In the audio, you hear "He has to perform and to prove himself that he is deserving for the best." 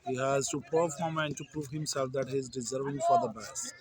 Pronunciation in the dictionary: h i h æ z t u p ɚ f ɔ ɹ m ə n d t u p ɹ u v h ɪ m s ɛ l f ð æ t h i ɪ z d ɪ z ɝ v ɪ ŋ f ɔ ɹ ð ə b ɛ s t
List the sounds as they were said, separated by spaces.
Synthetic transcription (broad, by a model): h i h æ z t u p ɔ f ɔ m ə n d t u p ɹ u v h ɪ m s ɛ l f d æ t h i ɪ z d ɪ z ɝ v ɪ ŋ f ɔ ɹ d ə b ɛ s